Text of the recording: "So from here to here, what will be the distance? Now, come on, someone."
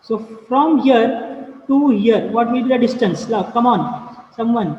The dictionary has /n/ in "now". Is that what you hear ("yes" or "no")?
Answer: no